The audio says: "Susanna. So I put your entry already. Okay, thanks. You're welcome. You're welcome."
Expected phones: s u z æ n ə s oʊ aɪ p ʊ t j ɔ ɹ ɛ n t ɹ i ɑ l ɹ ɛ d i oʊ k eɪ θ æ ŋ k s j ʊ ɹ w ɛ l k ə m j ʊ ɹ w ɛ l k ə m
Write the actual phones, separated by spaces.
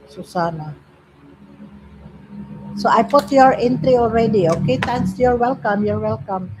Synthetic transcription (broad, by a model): s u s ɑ n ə s oʊ aɪ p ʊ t j ɔ ɹ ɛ n t ɹ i ɑ l ɹ ɛ d i oʊ k eɪ t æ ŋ s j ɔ ɹ w ɛ l k ə m j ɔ ɹ w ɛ l k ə m